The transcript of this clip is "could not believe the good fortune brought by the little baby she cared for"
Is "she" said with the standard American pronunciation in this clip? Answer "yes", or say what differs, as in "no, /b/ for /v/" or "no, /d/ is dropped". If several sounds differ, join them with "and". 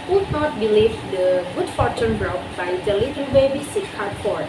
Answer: no, /s/ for /ʃ/